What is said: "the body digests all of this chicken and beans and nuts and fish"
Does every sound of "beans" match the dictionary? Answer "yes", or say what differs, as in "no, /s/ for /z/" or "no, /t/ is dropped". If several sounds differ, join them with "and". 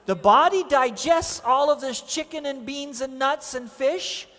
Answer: yes